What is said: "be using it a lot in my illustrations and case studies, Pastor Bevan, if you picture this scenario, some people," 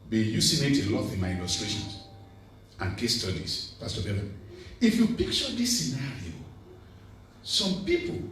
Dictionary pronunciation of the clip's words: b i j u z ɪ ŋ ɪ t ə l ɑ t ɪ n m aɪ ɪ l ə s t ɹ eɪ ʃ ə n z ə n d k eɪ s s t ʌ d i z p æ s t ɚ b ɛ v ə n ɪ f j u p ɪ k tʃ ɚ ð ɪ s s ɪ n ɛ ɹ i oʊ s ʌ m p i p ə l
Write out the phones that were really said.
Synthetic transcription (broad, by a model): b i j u s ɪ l ɪ t ə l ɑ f ɪ n m aɪ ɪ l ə s t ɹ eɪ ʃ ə n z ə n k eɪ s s t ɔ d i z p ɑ s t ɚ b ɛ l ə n ɪ f j u p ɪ k tʃ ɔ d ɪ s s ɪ n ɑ ɹ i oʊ s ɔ m p i p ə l